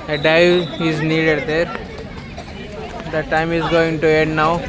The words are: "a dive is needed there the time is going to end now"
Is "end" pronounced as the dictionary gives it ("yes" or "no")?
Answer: no